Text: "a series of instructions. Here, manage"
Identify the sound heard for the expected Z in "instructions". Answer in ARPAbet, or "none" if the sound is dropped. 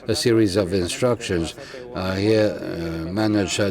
Z